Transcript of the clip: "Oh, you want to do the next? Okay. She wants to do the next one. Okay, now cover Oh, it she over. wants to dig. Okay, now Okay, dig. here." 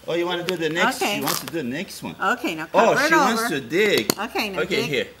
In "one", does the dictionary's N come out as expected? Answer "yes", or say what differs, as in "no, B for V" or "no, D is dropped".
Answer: yes